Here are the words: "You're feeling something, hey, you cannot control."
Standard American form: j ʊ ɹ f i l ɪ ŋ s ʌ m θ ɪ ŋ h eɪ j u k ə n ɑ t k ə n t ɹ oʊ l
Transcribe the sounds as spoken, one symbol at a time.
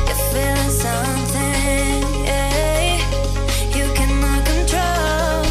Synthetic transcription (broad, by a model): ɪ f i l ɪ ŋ s ʌ m θ ɪ ŋ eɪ j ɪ k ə n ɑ k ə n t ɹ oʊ l